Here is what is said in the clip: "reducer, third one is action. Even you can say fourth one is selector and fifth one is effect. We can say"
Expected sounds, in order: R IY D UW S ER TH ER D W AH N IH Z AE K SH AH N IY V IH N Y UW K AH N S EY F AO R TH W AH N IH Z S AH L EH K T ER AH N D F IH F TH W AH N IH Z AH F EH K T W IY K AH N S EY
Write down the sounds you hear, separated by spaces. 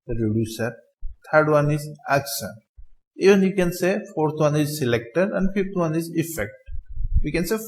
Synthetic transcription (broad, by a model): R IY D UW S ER T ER D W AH N IH Z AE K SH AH N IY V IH N Y UW K AH N S EY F AO R T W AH N IH Z S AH L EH K T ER AH N D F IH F T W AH N IH Z AH F EH K T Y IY K AH N S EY